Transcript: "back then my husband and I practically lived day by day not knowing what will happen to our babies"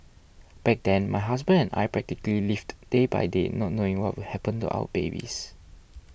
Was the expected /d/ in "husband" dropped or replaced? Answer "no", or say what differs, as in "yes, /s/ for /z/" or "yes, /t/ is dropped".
yes, /d/ is dropped